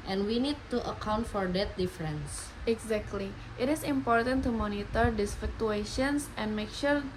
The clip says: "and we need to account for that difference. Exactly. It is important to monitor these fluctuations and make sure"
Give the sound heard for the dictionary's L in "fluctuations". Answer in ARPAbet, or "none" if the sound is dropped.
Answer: none